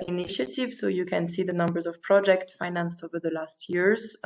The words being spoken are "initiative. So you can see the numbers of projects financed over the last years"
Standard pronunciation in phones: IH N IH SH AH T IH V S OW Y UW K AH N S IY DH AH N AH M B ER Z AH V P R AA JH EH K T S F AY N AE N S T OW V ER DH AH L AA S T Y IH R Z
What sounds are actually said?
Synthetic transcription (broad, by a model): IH N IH SH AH T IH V S OW Y UW K AH N S IY DH AH N AH M B ER Z AH V P R AA JH EH K T S F AY N AE N S T OW V ER DH AH L AA S T Y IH R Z